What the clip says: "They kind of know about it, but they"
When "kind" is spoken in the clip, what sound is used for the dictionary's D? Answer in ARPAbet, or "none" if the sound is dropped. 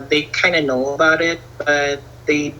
none